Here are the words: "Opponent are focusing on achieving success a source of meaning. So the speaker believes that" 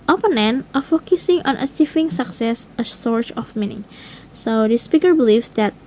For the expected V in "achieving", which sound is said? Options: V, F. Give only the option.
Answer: F